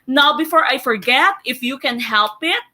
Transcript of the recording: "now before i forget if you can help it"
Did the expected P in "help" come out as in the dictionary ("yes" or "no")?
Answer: yes